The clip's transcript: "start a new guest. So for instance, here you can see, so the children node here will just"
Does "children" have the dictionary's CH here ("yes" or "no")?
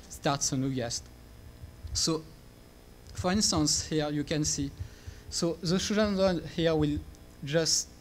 no